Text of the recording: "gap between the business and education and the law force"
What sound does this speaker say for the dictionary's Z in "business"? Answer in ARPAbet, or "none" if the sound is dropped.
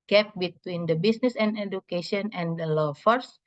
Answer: S